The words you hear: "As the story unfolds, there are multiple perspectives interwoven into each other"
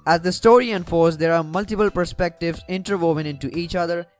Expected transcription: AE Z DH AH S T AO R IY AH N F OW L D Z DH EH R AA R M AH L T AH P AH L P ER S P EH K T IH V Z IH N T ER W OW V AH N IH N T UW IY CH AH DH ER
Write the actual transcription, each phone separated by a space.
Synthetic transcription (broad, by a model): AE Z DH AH S T AO R IY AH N F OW D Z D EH R AA R M AH L T AH P AH L P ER S P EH K T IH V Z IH N T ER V OW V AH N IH N T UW IY CH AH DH ER